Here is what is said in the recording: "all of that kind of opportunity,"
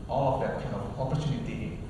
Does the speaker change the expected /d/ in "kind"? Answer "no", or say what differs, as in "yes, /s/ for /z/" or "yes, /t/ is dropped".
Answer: yes, /d/ is dropped